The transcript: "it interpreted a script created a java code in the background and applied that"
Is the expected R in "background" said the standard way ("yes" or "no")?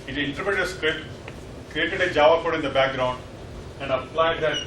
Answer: yes